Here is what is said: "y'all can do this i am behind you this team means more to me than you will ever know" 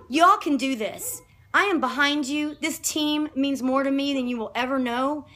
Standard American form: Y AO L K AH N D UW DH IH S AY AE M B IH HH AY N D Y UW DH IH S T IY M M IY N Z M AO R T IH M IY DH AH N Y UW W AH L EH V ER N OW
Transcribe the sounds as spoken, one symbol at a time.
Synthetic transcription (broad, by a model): Y AO L K AH N D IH DH IH S AY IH M B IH HH AY N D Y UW DH IH S T IY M M IY N Z M AO R T IH M IY DH AH N Y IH W AH L EH V ER N OW